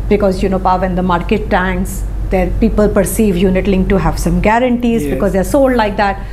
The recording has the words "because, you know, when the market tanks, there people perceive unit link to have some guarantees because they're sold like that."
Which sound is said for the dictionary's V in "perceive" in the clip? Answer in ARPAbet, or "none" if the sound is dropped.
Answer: V